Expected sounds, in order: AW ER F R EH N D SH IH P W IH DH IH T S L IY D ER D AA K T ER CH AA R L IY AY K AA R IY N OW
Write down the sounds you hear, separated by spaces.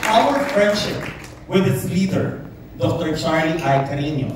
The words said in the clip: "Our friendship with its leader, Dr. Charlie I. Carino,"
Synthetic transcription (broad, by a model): AW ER F R EH N D SH IH P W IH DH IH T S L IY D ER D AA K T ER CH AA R IY AY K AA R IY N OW